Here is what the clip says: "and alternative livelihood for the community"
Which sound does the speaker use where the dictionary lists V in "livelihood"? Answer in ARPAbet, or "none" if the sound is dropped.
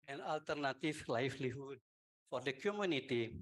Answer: F